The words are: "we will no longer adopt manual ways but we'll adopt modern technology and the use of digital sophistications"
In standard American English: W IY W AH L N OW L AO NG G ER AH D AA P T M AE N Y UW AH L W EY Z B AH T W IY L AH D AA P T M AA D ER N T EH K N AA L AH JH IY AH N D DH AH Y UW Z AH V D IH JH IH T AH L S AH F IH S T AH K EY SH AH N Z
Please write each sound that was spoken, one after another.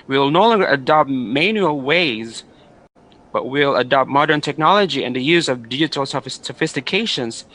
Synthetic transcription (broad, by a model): W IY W L N OW L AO NG G ER AH D AA P T M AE N Y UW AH L W EY Z B AH T W IY L AH D AA P T M AA D ER N T EH K N AA L AH JH IY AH N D DH AH Y UW Z AH V D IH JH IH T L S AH F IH S T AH K EY SH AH N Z